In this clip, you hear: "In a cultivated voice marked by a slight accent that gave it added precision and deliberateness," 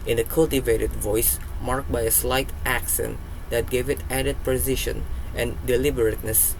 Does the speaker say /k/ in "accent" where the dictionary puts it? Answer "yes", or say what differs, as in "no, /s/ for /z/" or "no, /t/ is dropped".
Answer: yes